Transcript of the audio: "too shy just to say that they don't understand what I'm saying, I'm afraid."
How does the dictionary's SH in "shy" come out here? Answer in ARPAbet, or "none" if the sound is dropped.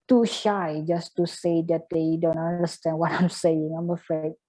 SH